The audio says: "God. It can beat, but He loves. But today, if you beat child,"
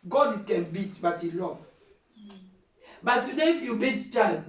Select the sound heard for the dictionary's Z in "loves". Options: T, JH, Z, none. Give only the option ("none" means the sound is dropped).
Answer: none